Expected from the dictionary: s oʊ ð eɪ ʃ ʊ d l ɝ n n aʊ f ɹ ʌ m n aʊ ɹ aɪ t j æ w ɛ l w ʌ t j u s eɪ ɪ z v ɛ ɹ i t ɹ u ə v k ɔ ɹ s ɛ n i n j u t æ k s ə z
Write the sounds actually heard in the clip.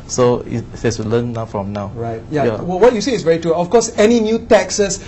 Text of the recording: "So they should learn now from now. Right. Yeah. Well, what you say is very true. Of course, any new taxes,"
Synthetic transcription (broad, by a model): s oʊ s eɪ s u l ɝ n n aʊ f ɹ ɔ m n aʊ ɹ aɪ t j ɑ w ɛ l w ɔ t j u s eɪ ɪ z v ɛ ɹ i t ɹ u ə f k ɔ s ɛ n i n j u t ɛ k s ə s